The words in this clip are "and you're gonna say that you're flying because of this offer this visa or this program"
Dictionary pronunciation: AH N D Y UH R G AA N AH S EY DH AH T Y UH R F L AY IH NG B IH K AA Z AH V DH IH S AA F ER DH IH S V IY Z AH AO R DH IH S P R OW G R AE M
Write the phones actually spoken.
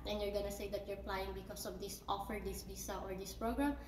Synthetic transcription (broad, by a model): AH N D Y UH R G AA N AH S EY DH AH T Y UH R P L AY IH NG B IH K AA S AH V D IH S AA F ER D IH S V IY S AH AO R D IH S P R OW G R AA M